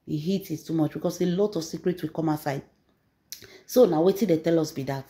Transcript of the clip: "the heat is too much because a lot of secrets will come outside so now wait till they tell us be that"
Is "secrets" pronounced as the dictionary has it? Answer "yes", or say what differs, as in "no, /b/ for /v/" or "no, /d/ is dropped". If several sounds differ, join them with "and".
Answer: yes